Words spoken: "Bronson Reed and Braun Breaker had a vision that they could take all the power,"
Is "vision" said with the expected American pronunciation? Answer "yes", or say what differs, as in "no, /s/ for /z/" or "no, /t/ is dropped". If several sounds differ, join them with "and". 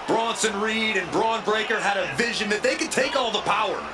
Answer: yes